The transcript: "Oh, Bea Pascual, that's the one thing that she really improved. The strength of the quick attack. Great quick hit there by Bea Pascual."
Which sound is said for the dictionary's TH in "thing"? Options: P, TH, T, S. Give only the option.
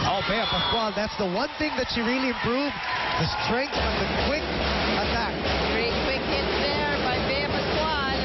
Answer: TH